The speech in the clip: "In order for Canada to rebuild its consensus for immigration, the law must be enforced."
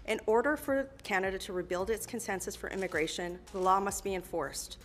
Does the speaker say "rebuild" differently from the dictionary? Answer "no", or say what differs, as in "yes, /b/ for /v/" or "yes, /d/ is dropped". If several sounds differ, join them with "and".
no